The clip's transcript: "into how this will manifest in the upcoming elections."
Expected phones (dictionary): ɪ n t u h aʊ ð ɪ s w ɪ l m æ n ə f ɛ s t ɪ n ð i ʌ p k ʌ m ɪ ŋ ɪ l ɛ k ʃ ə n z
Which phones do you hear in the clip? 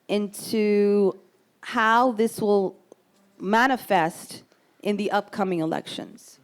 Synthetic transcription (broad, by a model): ɪ n t u h aʊ ð ɪ s w ɪ l m æ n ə f ɛ s t ɪ n ð i ʌ p k ʌ m ɪ ŋ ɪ l ɛ k ʃ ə n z